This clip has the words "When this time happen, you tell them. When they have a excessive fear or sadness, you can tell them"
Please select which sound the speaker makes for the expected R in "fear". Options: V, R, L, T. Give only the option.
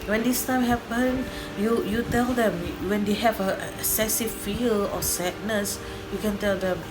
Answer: L